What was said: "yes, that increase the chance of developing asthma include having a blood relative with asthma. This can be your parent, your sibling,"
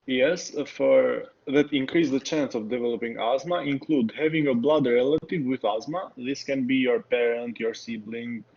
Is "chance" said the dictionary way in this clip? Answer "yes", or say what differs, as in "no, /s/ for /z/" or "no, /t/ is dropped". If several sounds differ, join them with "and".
yes